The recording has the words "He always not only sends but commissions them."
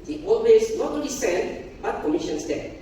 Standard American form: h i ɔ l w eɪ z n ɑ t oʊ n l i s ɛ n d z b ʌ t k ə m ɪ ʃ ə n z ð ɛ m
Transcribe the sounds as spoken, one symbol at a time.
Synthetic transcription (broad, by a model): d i ɔ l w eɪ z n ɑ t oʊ l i s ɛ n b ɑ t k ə m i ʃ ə n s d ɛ